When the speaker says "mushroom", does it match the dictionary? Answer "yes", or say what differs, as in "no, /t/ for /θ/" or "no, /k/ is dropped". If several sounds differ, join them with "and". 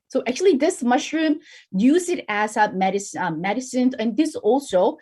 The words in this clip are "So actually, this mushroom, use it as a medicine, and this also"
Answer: yes